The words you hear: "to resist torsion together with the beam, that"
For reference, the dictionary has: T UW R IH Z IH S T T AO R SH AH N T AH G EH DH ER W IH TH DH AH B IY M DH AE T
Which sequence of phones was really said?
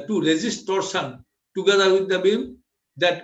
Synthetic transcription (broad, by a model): T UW R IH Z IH S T T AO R S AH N T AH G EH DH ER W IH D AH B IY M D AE T